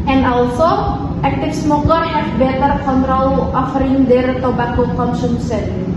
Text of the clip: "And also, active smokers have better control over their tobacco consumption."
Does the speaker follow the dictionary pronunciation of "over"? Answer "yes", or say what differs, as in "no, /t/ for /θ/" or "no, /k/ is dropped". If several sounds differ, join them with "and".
no, /f/ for /v/